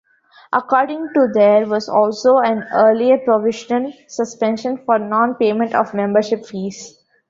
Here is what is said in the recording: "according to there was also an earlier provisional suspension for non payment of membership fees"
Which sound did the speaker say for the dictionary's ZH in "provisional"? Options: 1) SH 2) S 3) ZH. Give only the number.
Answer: 1